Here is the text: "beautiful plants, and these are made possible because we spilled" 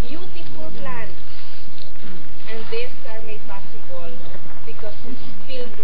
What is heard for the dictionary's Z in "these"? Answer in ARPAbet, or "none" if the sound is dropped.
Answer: S